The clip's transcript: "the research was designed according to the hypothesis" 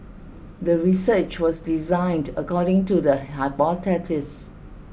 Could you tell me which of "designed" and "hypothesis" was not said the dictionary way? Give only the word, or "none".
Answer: hypothesis